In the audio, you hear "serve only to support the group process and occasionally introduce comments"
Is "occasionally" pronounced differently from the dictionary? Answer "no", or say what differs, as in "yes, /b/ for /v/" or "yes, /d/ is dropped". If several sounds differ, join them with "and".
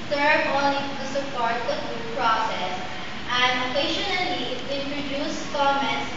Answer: yes, /ʃ/ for /ʒ/